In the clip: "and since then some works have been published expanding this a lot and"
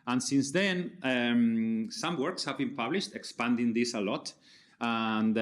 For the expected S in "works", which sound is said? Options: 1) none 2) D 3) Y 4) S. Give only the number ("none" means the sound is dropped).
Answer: 4